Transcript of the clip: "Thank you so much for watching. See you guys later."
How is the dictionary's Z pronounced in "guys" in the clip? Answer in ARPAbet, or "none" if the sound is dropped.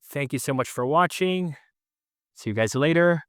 Z